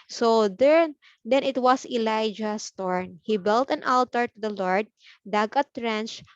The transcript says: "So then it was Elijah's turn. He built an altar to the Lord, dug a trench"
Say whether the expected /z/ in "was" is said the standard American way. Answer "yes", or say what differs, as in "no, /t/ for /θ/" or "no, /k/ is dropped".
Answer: no, /s/ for /z/